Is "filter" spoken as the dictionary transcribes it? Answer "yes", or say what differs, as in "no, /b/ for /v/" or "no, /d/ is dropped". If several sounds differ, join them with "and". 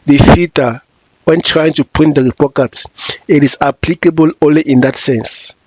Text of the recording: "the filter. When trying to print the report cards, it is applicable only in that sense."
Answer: no, /l/ is dropped